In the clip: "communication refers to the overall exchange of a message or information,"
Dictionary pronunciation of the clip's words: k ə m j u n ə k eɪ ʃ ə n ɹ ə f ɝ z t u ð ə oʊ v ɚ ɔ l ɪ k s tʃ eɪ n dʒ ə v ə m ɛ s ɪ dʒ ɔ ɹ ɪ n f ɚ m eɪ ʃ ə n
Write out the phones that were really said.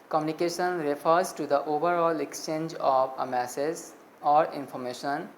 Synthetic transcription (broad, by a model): k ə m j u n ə k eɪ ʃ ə n ɹ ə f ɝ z t u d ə oʊ v ɚ ɔ l ɪ k s tʃ eɪ n dʒ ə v ə m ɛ s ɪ z ɔ ɹ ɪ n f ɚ m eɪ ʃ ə n